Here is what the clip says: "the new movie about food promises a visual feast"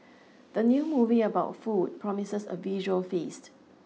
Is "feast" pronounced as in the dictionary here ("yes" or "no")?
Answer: yes